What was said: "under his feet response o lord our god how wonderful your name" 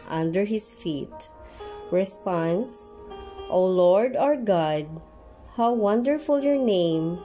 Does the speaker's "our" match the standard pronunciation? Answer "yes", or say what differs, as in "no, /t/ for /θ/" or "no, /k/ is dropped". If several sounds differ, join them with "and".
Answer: yes